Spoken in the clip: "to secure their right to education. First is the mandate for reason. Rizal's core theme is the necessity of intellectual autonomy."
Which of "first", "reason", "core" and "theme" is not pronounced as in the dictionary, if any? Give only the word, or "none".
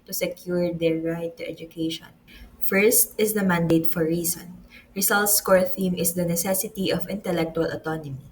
reason